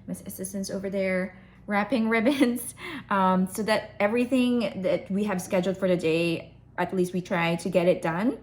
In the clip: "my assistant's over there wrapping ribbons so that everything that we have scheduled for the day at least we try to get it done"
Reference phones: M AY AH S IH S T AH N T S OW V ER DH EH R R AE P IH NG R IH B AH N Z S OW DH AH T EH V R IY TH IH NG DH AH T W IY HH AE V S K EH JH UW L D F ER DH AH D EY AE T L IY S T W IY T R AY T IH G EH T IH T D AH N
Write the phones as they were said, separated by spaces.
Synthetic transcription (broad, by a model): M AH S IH S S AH N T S OW V ER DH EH R R AE P IH NG R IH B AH N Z S OW DH AH T EH V R IY TH IH NG DH AH T W IY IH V S K EH JH L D F ER DH AH D EY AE T L IY S T W IY T R AY T IH G EH T IH T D AH N